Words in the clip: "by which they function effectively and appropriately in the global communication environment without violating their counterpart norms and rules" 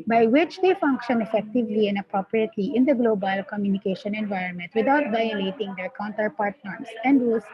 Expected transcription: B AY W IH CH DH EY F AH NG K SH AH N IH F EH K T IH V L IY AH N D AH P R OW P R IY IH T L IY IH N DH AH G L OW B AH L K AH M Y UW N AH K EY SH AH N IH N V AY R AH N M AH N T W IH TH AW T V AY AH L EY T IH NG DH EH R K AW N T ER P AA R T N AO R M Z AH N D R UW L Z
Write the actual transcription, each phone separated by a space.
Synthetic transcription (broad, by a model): B AY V IH CH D EY F AH NG K SH AH N IH F EH K T IH V L IY AH N D AH P R OW P R IY IH T L IY IH N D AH G L OW B AH L K AH M Y UW N AH K EY SH AH N IH N V AY R AH N M AH N T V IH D AW T V AY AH L EY T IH NG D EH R K AW N T ER P AA R T N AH R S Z AH N D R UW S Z